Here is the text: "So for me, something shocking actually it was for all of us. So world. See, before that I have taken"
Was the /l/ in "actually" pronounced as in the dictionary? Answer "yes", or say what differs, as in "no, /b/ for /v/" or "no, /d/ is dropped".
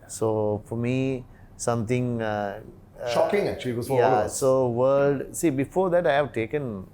no, /l/ is dropped